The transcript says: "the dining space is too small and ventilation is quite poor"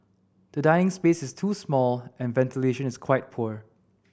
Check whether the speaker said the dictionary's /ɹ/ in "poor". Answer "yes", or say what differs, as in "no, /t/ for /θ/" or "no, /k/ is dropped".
yes